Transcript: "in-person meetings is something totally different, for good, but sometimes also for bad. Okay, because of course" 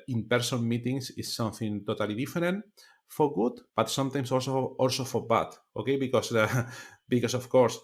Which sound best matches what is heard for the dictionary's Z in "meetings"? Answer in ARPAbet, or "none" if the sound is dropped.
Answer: S